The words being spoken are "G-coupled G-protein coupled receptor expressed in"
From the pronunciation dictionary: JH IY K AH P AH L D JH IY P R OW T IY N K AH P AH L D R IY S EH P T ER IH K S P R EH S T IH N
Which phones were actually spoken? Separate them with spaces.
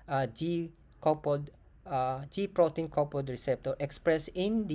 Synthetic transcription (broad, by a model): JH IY K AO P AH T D JH IY P R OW T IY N K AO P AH D R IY S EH P T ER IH K S P R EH S IH N